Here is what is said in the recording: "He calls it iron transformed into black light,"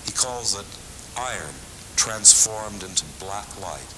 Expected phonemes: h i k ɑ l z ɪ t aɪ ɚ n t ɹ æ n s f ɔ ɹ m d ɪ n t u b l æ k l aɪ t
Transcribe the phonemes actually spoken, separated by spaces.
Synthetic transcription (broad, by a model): h i k ɑ l z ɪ t aɪ ɚ n t ɹ æ n s f ɔ ɹ m d ɪ n t u b l æ k l aɪ t